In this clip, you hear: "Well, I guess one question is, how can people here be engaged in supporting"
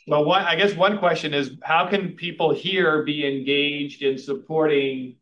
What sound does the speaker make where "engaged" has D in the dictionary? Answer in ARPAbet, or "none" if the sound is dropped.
D